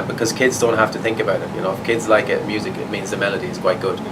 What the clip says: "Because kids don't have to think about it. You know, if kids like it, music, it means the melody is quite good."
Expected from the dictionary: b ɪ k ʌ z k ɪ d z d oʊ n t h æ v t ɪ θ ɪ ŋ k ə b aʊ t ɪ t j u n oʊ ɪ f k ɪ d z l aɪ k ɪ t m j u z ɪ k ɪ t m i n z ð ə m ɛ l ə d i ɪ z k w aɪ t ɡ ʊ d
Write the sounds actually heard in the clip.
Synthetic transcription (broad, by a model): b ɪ k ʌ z k ɪ d z d oʊ n t h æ f t ɪ θ ɪ ŋ k ə b aʊ t ɪ t j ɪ n oʊ ɪ f k ɪ d z l aɪ k ɪ t m j u z ɪ k ɪ t m i n z ð ə m ɛ l ə d i ɪ z k w aɪ t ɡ ʊ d